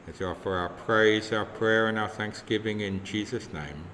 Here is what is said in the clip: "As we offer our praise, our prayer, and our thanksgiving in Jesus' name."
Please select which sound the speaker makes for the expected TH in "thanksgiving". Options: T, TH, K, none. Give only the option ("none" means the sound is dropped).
TH